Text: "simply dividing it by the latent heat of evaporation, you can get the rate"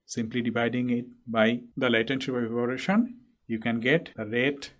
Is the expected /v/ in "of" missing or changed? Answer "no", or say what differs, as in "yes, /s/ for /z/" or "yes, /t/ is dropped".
yes, /p/ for /v/